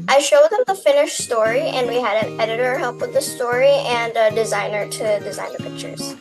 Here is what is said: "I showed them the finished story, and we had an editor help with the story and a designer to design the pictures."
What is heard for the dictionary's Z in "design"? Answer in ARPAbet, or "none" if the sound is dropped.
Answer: Z